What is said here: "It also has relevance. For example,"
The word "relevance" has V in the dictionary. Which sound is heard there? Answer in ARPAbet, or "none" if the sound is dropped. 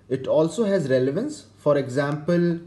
V